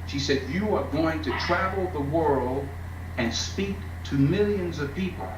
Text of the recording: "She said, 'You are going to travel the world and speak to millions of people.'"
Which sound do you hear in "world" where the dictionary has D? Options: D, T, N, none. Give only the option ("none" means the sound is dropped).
D